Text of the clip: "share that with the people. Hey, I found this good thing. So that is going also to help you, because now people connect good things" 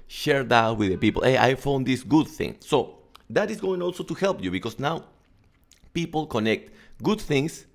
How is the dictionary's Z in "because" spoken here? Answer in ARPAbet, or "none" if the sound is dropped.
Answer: S